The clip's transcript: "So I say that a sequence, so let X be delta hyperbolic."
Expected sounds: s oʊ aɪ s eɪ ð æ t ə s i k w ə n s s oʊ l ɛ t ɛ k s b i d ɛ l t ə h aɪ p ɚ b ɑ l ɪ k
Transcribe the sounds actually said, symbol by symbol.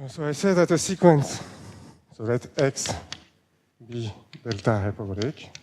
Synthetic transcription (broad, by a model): s oʊ aɪ s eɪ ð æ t ə s i k w ə n s s oʊ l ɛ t ɛ k s b i d ɛ l t ə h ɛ p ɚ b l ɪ k